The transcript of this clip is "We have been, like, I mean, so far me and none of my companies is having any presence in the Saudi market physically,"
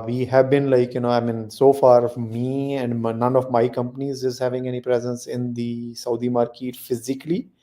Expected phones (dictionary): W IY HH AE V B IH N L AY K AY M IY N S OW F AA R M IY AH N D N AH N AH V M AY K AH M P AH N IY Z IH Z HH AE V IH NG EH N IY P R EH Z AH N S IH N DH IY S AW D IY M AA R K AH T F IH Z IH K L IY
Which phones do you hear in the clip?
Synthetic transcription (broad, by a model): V IY HH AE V B IH N L AY K AY M IY N S OW F AA R M IY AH N D N AH N AH V M AY K AH M P AH N IY Z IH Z HH AE V IH NG EH N IY P R EH Z AH N S IH N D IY S AW D IY M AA R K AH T F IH Z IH K L IY